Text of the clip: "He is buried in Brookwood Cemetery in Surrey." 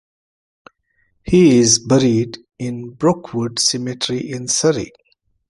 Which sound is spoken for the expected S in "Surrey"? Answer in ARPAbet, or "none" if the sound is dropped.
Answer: S